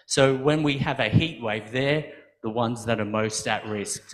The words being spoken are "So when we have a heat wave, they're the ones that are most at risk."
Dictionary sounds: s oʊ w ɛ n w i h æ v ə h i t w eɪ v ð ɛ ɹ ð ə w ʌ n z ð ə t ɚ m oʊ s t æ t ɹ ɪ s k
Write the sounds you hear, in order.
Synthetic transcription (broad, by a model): s oʊ w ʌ n w i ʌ v ə h i t w eɪ v ð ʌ ɹ ð ə w ʌ n z ð ə t ɚ m oʊ s t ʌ t ɹ ɪ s k